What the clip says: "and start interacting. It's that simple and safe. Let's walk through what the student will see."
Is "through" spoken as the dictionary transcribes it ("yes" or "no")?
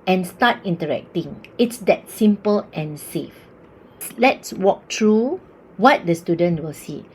no